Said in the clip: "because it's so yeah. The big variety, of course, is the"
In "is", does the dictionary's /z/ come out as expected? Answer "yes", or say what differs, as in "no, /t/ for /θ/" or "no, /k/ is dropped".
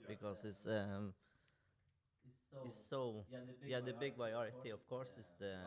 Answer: no, /s/ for /z/